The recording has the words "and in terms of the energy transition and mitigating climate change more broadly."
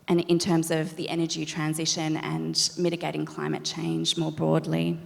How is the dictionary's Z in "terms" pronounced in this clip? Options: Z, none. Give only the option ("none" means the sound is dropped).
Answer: Z